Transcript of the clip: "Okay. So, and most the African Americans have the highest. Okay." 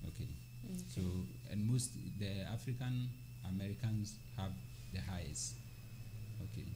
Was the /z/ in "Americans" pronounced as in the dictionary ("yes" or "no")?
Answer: no